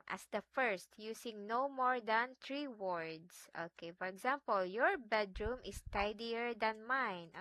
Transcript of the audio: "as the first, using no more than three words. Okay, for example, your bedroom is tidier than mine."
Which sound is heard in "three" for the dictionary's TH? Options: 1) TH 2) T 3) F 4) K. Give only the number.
2